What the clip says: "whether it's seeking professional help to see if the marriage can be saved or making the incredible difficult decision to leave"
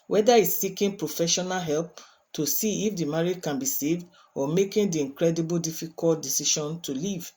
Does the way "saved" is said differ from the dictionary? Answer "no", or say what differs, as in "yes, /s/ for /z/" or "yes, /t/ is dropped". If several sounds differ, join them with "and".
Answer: no